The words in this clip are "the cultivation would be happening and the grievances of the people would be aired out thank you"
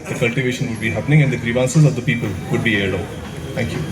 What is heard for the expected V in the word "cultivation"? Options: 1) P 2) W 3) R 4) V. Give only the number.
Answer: 4